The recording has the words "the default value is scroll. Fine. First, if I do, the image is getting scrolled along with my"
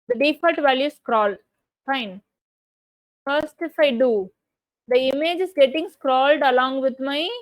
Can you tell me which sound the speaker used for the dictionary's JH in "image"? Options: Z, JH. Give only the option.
JH